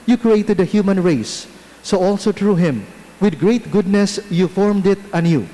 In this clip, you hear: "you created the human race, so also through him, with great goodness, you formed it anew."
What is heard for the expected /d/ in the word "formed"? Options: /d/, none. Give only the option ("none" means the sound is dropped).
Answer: /d/